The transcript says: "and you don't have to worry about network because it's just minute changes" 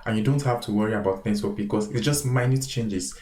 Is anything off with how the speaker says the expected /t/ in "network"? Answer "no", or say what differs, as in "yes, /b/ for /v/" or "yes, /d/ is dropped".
yes, /s/ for /t/